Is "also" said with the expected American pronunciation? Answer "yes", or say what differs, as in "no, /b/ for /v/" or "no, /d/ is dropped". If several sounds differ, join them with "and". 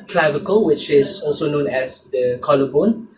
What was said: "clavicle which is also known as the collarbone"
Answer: yes